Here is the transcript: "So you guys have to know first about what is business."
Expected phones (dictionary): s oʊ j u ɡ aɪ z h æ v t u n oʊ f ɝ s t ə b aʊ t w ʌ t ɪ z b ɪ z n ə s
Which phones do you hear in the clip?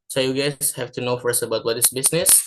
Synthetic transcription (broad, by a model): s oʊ j u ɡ aɪ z h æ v t u n oʊ f ɝ s t ə b aʊ t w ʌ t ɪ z b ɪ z n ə s